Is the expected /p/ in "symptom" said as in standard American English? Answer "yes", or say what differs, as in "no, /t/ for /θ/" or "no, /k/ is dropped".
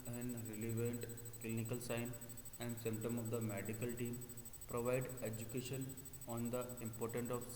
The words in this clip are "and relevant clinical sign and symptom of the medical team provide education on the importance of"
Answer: yes